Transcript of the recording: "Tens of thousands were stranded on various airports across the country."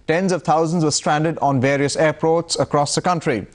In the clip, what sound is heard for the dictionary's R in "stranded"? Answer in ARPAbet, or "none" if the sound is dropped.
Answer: R